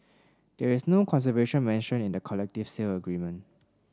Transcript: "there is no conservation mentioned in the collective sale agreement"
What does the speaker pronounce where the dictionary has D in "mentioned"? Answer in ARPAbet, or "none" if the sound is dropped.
none